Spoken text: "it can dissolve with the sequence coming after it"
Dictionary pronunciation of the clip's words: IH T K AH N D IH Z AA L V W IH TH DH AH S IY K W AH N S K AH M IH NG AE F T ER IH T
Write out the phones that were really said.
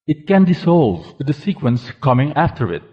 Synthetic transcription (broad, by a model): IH T K AH N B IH S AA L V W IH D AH S IY K W AH N S K AH M IH NG AE F T ER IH T